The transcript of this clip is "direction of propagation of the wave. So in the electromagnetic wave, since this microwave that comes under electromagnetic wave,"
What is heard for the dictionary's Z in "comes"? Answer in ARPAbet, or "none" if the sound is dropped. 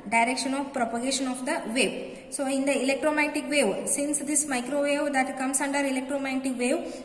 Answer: S